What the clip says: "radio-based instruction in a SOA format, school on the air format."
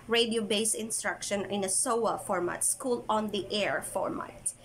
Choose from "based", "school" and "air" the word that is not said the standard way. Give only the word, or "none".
based